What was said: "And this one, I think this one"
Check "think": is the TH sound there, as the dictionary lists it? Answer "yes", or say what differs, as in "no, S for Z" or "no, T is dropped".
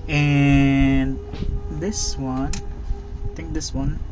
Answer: no, T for TH